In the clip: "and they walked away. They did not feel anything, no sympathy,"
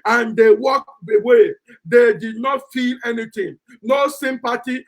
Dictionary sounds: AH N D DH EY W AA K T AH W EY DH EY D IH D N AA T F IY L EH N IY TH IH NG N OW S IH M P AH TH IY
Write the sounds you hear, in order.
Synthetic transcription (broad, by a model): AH N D EY W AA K AH W EY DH EY D IH D N AA T F IY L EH N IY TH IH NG N OW S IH M P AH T IY